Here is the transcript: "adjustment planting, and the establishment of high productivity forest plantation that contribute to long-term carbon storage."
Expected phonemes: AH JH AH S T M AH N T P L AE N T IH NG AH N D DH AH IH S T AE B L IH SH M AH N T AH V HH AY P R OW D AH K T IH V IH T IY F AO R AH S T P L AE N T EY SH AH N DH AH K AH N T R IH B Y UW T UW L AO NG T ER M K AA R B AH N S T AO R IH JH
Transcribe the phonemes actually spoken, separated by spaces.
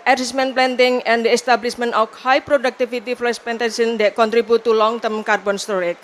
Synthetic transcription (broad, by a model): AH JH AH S M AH N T P L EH N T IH NG AH N D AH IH S T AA B L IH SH M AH N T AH F HH AY P R OW D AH K T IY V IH T IY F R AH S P EH N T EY S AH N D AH K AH N T R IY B UW T UW L AO NG T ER M K AA R B AH N S T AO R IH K